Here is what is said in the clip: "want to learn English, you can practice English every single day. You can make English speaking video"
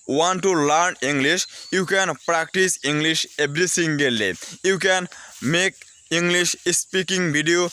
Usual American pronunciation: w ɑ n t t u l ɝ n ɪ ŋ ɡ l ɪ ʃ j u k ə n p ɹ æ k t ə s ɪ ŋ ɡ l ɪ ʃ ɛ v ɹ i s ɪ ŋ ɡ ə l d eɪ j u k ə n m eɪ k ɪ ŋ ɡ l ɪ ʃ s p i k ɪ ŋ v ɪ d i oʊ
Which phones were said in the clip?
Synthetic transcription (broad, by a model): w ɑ n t t u l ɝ n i ŋ ɡ l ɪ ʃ j u k ə n p ɹ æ k t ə s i ŋ ɡ l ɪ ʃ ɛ b ɹ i s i ŋ ɡ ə l d eɪ j u k ə n m eɪ k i ŋ ɡ l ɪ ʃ s p i k ɪ ŋ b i d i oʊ